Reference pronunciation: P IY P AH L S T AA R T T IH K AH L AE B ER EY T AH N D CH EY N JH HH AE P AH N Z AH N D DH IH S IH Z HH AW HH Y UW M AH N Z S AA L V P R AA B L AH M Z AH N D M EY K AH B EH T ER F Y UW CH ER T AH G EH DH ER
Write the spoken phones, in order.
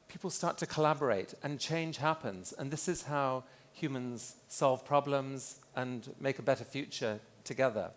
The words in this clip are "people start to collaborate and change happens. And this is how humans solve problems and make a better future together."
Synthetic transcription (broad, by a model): P IY P L S T AA R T T IH K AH L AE B ER EY T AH N CH EY N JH HH AE P AH N Z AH N DH IH S IH Z HH AW HH Y UW M AH N Z S AA L V P R AA B L AH M Z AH N M EY K AH B EH T ER F Y UW CH ER T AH G EH DH ER